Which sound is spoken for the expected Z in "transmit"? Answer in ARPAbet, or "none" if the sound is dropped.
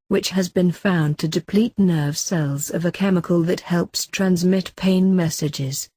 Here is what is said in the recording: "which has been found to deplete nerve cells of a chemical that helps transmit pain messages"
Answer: Z